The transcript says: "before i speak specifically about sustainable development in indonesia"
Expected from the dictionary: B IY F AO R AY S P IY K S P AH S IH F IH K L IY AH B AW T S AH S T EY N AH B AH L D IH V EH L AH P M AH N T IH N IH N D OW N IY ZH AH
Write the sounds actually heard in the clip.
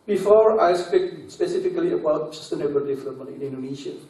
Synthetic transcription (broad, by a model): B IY F AO R AY S P IY K S P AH S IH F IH K L IY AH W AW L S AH S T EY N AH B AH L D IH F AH M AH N IH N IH N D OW N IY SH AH